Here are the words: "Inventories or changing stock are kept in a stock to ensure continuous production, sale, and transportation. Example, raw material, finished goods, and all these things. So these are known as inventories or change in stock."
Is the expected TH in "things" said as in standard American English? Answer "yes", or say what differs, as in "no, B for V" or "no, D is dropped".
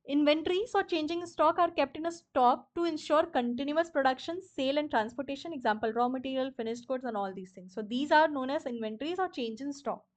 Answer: no, T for TH